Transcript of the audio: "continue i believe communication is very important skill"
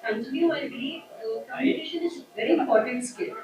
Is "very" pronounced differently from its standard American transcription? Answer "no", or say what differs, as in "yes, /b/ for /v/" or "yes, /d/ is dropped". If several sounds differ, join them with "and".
no